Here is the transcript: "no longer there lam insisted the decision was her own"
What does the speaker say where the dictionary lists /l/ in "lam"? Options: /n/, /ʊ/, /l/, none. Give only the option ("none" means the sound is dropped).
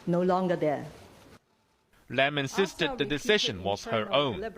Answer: /l/